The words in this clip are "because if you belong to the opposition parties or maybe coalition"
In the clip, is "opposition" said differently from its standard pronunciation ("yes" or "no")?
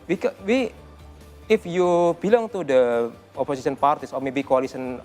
yes